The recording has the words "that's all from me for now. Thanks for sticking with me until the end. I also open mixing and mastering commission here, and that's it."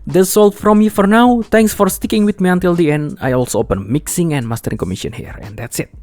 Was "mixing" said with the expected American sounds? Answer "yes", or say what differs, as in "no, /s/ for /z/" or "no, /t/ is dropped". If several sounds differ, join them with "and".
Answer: yes